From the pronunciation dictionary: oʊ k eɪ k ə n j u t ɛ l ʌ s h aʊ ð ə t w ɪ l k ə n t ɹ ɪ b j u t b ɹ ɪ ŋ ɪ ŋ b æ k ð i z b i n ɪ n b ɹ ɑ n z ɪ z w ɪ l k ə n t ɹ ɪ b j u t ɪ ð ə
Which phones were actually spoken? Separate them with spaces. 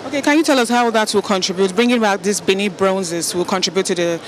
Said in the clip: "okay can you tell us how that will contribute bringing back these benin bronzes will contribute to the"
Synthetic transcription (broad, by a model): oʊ k eɪ k ə n j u t ɛ l ʌ s h aʊ ð ə t w ɪ l k ə n t ɹ ɪ b j u t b ɹ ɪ ŋ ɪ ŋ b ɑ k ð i s b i n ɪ b ɹ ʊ n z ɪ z w ɪ l k ə n t ɹ ɪ b j u t ɪ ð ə